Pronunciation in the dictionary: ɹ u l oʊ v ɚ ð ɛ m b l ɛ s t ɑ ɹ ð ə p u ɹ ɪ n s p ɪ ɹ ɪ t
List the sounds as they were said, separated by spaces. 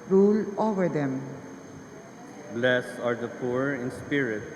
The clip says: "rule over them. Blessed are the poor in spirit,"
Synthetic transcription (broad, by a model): ɹ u l oʊ v ɚ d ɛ m b l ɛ s ɑ ɹ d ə p u ɹ ɪ n s p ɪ ɹ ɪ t